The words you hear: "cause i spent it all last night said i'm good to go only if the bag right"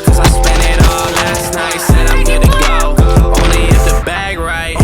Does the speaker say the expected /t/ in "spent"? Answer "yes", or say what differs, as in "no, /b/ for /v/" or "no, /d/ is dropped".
no, /t/ is dropped